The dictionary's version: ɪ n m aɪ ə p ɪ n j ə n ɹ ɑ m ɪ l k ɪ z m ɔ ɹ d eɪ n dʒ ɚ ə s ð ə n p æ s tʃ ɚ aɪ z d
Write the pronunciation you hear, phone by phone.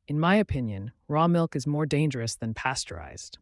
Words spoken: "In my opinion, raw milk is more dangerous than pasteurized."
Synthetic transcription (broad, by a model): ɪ n m aɪ ə p ɪ n j ə n ɹ ɑ m ɪ l k ɪ z m ɔ ɹ d eɪ n dʒ ɚ ə s ð ə n p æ s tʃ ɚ aɪ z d